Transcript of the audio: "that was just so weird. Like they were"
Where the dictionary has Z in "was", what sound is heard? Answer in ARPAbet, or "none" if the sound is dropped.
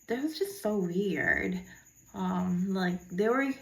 Z